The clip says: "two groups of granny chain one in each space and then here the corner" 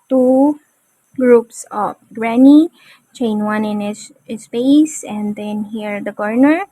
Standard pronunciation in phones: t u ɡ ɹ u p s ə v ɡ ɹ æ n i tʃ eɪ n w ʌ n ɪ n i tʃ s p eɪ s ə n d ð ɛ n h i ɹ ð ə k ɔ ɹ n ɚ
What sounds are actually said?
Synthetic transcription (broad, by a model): t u ɡ ɹ u p s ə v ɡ ɹ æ n i tʃ eɪ n w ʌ n ɪ n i s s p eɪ s ə n d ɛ n h i ɹ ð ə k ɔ ɹ n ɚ